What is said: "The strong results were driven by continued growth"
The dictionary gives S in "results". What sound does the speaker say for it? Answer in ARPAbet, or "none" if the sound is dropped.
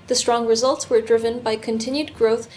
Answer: S